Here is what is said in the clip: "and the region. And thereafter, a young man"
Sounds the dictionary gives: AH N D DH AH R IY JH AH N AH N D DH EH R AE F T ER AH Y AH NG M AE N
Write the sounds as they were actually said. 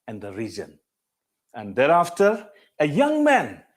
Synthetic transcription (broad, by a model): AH N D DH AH R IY Z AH N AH N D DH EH R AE F T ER AH Y AH NG M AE N